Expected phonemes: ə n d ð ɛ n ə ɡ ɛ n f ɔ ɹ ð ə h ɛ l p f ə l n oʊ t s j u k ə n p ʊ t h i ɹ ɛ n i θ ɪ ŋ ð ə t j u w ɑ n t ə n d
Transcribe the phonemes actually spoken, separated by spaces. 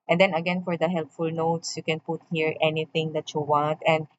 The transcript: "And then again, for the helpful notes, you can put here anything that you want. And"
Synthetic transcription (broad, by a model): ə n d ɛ n ə ɡ ɛ n f ɔ ɹ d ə h ɛ l p f ə l n oʊ t s j u k ə n p ʊ t h i ɹ ɛ n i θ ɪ ŋ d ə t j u w ɑ n t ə n d